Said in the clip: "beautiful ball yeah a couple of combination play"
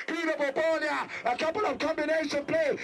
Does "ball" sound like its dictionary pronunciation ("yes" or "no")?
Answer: no